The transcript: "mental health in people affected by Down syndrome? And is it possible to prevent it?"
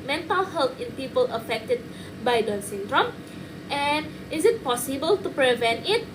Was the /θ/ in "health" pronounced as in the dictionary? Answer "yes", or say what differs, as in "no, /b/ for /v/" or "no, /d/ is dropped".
no, /t/ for /θ/